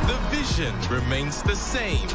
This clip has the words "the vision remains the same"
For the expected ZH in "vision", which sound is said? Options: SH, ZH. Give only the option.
ZH